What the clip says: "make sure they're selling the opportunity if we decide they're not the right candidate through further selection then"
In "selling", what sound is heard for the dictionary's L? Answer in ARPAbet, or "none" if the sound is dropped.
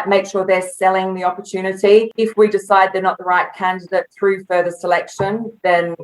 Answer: L